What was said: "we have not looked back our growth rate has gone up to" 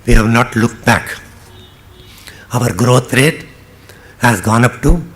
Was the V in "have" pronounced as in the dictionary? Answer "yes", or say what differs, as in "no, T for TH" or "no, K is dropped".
yes